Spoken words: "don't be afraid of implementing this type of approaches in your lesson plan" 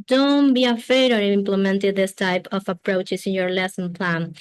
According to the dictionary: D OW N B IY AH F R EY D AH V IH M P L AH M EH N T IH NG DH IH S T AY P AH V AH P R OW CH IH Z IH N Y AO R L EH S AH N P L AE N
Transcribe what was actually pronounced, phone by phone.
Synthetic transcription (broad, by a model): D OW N B IY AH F EY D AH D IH M P L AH M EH N T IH DH IH S T AY P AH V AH P R OW CH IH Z IH N Y AO R L EH S AH N P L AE N